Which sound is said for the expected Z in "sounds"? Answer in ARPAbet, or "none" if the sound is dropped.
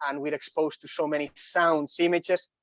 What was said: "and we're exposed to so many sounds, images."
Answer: S